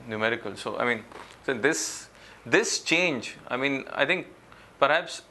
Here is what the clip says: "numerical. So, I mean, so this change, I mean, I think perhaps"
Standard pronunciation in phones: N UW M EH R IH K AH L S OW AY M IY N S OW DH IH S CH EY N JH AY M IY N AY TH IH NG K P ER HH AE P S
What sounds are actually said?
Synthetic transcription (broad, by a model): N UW M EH R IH K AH L S OW AY M IY N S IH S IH S CH EY N JH AY M IY N AY T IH NG K P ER HH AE P S